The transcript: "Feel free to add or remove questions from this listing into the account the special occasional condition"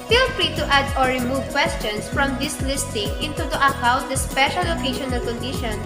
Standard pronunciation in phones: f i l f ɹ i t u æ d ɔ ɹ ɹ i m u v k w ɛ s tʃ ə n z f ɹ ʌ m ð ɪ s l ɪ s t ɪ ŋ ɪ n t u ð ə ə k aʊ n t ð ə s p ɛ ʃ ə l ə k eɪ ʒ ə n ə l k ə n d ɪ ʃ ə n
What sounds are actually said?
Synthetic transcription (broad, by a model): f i l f ɹ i t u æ d ɔ ɹ ɹ i m u v k w ɛ s tʃ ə n s f ɹ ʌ m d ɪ s l ɪ s t ɪ ŋ ɪ n t u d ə ə k aʊ n t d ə s p ɛ ʃ ə l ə k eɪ ʃ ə n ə l k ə n d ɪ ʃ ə n